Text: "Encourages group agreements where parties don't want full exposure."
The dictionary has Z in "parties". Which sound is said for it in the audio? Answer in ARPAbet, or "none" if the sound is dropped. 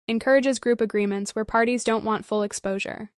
Z